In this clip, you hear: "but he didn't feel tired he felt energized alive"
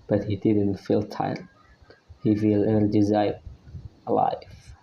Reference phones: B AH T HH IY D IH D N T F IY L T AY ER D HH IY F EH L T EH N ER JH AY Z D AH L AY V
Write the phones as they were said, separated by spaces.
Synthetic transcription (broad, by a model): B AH T HH IY D IH D N T F IY L T AY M HH IY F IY L EH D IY Z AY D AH L AY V